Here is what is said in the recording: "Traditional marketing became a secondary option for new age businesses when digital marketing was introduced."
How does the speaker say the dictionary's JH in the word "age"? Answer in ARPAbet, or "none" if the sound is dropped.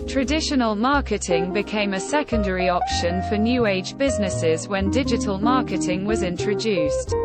JH